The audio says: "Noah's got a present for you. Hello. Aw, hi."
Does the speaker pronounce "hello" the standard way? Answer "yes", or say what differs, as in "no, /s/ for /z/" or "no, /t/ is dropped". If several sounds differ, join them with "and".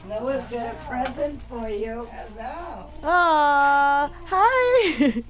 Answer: no, /l/ is dropped